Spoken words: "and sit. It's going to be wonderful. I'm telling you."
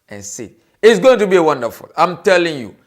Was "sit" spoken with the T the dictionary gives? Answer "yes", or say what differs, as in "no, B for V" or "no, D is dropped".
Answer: no, T is dropped